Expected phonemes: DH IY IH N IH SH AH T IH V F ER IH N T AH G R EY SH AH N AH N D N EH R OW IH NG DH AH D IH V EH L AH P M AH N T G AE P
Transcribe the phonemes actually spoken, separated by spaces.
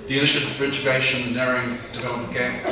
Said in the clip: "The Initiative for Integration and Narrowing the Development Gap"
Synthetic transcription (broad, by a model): DH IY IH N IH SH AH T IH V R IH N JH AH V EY AH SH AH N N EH R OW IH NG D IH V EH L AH M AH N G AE